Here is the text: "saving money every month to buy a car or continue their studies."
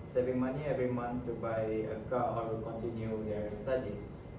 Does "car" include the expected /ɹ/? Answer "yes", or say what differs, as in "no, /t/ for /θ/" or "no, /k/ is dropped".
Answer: no, /w/ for /ɹ/